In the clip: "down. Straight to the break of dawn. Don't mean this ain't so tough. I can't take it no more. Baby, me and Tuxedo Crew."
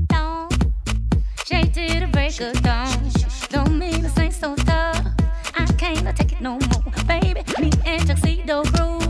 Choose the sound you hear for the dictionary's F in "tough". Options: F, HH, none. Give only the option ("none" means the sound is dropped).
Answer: none